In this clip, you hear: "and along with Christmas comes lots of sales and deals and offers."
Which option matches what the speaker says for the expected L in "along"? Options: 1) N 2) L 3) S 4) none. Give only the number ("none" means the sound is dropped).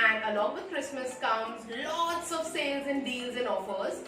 2